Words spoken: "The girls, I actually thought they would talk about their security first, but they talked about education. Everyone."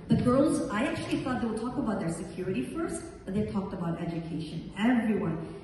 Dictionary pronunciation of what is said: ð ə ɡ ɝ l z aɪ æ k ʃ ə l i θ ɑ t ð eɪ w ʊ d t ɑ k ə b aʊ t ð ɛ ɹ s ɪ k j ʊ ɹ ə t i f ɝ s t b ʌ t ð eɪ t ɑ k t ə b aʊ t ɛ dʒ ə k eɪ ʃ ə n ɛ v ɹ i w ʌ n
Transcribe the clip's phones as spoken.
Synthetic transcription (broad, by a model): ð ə ɡ ɝ l z aɪ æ k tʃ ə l i θ ɑ t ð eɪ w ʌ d t ɑ k ə b aʊ t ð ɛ ɹ s ɪ k j ʊ ɹ ə t i f ɝ s t b ʌ t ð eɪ t ɑ k t ə b aʊ t ɛ dʒ ə k eɪ ʃ ə n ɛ v ɹ i w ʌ n